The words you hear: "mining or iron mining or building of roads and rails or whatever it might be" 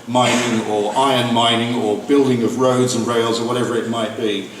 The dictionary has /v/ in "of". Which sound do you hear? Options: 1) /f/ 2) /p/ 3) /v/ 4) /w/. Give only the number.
3